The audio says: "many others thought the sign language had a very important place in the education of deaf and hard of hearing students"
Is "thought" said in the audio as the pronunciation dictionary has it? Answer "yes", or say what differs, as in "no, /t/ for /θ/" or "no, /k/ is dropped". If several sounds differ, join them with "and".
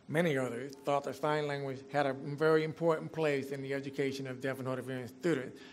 yes